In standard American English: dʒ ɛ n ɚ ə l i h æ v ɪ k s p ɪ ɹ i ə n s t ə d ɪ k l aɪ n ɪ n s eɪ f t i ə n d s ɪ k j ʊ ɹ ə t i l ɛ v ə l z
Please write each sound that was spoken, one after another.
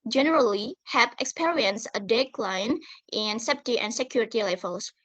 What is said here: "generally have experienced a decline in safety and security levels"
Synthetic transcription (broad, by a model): dʒ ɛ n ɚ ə l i h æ p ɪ k s p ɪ ɹ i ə n s ə d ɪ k l aɪ n ɪ n s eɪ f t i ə n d s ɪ k j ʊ ɹ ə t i l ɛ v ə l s